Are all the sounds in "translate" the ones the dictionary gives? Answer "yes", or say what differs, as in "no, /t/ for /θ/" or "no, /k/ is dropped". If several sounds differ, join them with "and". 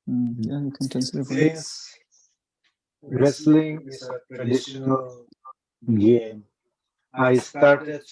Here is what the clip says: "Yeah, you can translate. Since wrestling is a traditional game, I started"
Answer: no, /ɹ/ is dropped